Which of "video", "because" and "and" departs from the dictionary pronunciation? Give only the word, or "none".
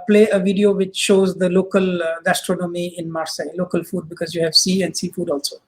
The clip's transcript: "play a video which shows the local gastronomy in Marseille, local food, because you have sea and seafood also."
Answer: none